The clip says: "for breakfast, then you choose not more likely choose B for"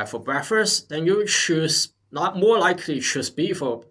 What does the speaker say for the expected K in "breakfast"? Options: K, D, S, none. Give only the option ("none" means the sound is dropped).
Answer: none